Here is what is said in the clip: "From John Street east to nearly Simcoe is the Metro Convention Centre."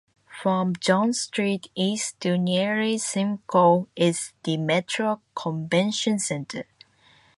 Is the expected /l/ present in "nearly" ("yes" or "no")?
no